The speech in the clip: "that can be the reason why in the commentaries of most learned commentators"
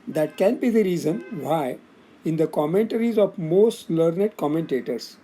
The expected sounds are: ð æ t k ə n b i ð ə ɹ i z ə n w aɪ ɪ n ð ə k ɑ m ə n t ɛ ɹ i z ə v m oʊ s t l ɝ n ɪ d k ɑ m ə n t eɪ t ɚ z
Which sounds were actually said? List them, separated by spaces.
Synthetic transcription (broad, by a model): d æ t k ə n b i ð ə ɹ i z ə n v aɪ ɪ n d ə k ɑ m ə n t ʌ ɹ i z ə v m oʊ s t l ɝ n ɪ d k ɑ m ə n t eɪ t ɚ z